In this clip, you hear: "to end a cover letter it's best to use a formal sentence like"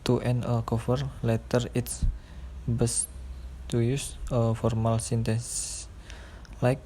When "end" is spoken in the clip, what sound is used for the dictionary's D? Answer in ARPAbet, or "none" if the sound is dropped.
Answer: none